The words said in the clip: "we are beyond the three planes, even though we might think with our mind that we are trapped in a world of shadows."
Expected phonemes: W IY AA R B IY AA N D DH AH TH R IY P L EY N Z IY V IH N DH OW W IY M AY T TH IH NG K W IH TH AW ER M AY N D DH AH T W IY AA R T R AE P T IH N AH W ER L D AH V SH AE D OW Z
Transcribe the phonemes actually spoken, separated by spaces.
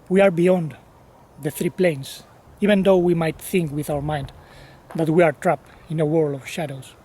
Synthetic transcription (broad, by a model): W IY AA R B IY AA N D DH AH TH R IY P L EY N S IY V IH N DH OW W IY M AY T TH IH NG K W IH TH AW ER M AY N D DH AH T W IY AA R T R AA P IH N AH W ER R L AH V SH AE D OW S